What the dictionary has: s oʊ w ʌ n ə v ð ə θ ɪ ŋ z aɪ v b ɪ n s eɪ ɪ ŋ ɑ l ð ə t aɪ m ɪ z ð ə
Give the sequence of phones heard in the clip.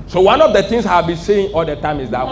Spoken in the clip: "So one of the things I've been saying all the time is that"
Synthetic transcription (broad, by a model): s oʊ w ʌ n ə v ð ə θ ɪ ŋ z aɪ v b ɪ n s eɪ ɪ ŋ ɑ l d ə t aɪ m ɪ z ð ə